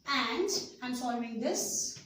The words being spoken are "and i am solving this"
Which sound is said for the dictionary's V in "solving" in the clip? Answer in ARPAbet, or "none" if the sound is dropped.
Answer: none